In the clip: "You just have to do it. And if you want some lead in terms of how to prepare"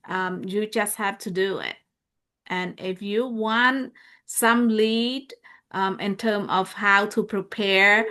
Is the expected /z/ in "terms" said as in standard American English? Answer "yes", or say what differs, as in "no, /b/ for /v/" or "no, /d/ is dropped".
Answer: no, /z/ is dropped